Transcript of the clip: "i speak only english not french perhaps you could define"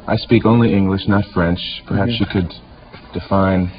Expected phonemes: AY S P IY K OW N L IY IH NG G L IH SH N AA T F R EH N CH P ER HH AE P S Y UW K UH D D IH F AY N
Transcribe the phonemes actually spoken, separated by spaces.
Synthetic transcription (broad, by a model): AY S P IY K OW N L IY IH NG G L IH SH N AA T F R EH N CH P ER HH AE P S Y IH K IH D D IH F AY N